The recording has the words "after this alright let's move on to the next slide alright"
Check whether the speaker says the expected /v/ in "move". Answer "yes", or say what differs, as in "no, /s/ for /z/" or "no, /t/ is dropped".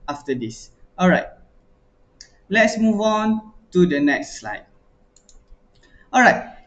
yes